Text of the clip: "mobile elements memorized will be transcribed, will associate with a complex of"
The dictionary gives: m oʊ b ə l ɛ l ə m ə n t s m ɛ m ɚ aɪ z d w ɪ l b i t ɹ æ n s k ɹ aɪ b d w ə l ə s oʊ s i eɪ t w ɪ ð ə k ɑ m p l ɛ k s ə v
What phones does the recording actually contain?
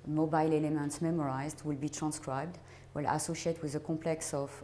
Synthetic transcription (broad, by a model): m oʊ b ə l ɛ l ə m ə n t s m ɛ m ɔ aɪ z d w ɪ l b i t ɹ æ n s k ɹ aɪ b d w ə l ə s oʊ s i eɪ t w ɪ ð ə k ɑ p l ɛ k s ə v